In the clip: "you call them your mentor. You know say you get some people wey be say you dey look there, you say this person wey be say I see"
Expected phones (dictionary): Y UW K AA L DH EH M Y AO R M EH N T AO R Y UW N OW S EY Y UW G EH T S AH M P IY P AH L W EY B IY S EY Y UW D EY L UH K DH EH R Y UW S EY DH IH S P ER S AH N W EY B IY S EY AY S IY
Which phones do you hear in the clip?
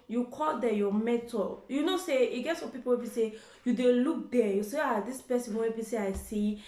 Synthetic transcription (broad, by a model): Y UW K AA L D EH Y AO M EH T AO L Y UW N OW S EY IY G EH T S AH P IY P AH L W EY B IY S EY Y UW D EY L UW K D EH Y UW S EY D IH S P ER S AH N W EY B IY S EY AY S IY